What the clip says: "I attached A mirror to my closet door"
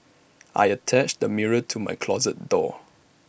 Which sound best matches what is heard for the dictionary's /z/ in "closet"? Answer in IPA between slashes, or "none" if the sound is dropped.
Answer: /z/